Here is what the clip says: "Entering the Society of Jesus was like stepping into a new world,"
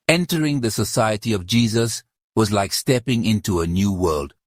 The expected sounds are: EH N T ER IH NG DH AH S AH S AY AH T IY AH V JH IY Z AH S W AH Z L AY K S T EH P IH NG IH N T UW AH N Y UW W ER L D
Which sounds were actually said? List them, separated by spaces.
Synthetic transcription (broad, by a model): EH N T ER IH NG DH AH S AH S AY AH T IY AH V JH IY Z AH S W AH Z L AY K S T EH P IH NG IH N T UW AH N Y UW W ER L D